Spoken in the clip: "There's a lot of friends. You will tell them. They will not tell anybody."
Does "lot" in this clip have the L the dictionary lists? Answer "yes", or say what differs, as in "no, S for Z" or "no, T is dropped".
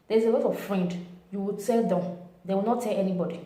no, W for L